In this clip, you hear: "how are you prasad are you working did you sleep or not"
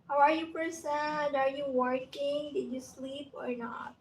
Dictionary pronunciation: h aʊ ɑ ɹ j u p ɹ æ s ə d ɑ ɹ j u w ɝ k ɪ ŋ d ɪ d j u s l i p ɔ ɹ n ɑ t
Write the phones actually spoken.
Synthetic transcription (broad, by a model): h aʊ ɑ ɹ j u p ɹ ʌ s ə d ɑ ɹ j u w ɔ k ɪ ŋ d ɪ d j u s l i p ɔ ɹ n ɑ t